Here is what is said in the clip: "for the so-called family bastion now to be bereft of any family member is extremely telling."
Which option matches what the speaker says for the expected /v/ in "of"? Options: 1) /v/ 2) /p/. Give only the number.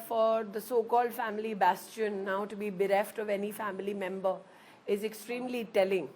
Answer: 1